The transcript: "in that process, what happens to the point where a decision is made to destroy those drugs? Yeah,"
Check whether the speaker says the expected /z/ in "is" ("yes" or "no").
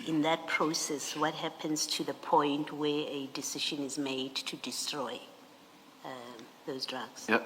yes